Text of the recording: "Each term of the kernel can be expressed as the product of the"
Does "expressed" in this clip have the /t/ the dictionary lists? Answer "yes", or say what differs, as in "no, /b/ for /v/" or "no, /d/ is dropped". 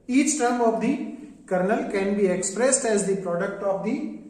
yes